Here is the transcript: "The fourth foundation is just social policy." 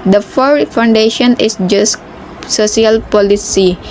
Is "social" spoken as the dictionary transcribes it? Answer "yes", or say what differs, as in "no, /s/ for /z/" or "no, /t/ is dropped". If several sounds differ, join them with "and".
no, /s/ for /ʃ/